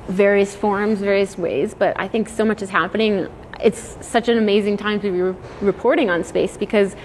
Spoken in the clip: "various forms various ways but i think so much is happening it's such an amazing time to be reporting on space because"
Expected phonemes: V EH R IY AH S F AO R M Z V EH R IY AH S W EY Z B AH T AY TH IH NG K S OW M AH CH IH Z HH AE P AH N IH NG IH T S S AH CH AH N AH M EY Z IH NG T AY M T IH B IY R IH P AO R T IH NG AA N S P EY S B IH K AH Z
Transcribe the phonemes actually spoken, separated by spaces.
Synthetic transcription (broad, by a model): V EH R IY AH S F AO R M Z V EH R IY AH S W EY Z B AH T AY TH IH NG K S OW M AH CH IH Z HH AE P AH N IH NG IH T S S AH CH AH N AH M EY Z IH NG T AY M T IH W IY R IH P AO R T IH NG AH N S P EY S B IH K AH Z